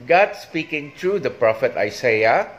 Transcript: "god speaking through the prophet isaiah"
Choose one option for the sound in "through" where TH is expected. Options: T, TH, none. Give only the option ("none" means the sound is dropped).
T